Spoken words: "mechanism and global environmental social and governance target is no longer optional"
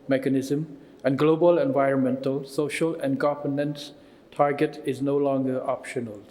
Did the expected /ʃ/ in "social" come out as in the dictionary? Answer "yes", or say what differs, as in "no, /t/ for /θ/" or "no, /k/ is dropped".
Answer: yes